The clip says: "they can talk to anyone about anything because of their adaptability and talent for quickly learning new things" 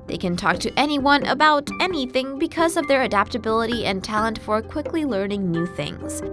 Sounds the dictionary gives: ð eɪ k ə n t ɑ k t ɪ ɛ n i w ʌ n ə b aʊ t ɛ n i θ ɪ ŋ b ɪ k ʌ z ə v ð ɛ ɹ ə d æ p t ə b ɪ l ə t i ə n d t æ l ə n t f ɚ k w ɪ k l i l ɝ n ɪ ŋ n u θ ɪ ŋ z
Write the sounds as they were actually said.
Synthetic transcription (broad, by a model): ð eɪ k ə n t ɑ k t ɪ ɛ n i w ʌ n ə b aʊ t ɛ n i θ ɪ ŋ b ɪ k ʌ z ə v ð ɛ ɹ ə d æ p t ə b ɪ l ə t i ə n t æ l ə n t f ɚ k w ɪ k l i l ɝ n ɪ ŋ n u θ ɪ ŋ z